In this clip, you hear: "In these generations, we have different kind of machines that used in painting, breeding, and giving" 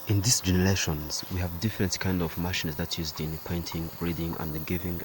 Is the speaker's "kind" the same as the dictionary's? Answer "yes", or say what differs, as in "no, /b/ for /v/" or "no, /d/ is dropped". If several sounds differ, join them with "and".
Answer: yes